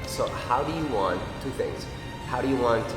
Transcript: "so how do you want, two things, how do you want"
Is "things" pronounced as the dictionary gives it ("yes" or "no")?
yes